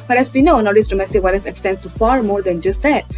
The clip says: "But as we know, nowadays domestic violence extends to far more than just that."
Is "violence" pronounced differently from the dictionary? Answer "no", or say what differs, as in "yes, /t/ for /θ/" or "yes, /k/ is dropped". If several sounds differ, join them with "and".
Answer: yes, /w/ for /v/